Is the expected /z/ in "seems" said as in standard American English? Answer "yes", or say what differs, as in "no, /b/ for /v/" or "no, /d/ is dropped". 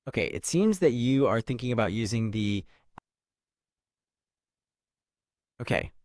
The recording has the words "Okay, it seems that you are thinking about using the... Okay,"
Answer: yes